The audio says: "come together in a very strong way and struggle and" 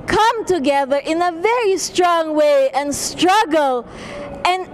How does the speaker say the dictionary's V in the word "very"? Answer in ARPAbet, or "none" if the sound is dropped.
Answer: V